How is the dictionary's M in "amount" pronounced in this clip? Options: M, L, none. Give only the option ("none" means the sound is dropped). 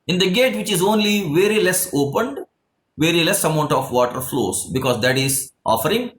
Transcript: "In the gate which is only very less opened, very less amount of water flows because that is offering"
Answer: M